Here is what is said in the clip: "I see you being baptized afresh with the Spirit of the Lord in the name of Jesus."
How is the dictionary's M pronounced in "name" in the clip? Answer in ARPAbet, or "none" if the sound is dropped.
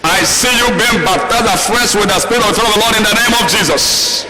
M